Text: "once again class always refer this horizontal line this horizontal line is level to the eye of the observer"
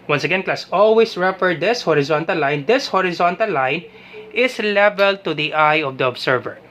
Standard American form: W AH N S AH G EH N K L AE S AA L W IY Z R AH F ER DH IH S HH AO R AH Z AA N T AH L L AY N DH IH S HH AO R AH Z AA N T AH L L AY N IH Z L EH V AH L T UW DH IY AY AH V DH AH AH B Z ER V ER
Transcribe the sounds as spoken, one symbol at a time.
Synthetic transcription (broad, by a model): W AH N S AH G EH N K L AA S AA L W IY S R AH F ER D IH S HH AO R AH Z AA N T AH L L AY N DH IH S HH AO R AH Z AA N T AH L L AY N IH S L EH V AH L T UW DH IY AY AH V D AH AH B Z ER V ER